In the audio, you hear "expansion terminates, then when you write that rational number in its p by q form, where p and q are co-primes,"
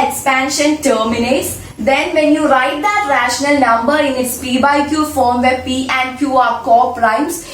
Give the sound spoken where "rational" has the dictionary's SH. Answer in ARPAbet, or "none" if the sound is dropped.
SH